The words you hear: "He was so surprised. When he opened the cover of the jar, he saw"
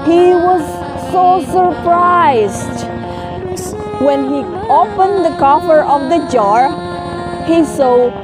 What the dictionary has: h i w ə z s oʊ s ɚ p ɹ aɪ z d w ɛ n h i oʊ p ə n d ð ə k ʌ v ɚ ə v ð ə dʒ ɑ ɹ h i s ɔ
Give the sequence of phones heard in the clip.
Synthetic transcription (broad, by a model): h i w ə z s oʊ s ɚ p ɹ aɪ z d w ɛ n h i oʊ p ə n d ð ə k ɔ f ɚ ə v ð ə dʒ ɑ ɹ h i s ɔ